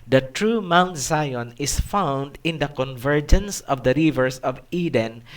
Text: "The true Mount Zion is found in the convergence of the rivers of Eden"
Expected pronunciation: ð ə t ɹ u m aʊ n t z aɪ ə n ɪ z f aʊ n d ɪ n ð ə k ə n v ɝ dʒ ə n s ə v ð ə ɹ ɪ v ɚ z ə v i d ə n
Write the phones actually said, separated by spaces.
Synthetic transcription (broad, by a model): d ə t ɹ u m aʊ n t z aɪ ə n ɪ s f aʊ n d ɪ n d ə k ə n v ɝ dʒ ə n s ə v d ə ɹ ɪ v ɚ s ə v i d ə n